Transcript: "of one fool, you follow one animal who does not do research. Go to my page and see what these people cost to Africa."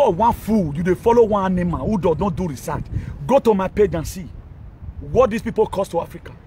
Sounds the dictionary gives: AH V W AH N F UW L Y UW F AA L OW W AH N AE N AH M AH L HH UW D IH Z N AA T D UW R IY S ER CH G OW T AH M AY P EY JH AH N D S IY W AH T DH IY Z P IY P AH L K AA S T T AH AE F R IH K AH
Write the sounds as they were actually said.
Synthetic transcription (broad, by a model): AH W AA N F UW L Y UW F AA L OW W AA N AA N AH M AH N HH UW D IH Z N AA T D UW R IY S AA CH G OW T AH M AY P EY JH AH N S IY W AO T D IY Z P IY P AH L K AA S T T AH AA F R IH K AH